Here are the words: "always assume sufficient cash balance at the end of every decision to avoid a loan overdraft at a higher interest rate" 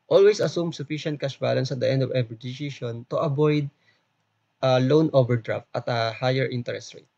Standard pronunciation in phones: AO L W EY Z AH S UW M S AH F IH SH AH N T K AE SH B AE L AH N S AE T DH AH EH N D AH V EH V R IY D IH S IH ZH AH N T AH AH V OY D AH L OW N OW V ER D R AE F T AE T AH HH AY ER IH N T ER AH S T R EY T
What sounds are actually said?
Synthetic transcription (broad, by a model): AO L W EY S AH S UW M S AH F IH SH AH N T K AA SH B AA L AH N S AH T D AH EH N D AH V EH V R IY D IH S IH SH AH N T AH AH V OY D AH L OW N OW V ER D R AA F T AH T AH HH AY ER IH N T ER AH S T R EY T